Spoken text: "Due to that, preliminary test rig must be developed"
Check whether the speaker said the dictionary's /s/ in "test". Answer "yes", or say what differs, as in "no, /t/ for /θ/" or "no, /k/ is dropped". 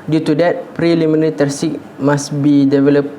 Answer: no, /s/ is dropped